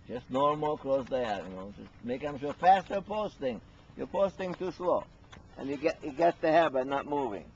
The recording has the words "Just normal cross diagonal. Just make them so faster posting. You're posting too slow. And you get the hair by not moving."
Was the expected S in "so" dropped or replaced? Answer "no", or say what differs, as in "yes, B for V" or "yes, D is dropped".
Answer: yes, SH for S